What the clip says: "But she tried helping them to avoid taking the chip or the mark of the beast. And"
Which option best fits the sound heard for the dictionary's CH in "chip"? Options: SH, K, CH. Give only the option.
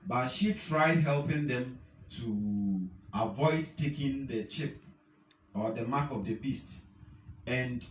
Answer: CH